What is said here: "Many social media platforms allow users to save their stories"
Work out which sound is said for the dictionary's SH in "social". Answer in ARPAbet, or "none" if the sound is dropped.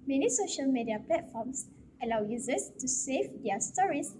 SH